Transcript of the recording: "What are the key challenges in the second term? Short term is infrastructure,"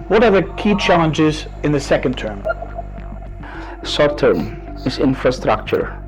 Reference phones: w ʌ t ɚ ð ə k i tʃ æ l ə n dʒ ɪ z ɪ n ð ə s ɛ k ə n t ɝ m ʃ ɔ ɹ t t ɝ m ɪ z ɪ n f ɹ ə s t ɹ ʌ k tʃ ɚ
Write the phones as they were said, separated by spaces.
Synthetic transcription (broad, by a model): w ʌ t ɚ ð ə k i tʃ æ l ə n dʒ ɪ z ɪ n ð ə s ɛ k ə n t ɝ m s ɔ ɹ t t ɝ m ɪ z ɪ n f ɹ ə s t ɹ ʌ k tʃ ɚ